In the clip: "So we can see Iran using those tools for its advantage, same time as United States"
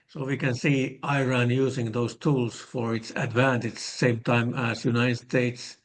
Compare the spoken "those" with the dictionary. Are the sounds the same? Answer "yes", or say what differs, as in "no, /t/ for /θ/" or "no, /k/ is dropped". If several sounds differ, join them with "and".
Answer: no, /s/ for /z/